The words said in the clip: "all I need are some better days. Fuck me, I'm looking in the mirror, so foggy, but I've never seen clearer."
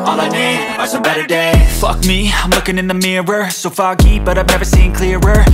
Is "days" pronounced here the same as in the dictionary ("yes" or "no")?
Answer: no